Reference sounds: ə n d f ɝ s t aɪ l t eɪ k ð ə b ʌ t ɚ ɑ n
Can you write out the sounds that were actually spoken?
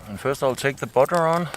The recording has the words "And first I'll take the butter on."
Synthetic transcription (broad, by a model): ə n f ɝ s t aɪ l t eɪ k ð ə b ʌ t ɚ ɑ n